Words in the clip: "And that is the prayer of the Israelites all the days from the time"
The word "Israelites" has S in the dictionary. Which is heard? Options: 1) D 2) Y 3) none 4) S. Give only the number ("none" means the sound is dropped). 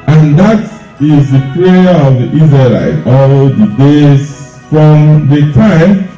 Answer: 3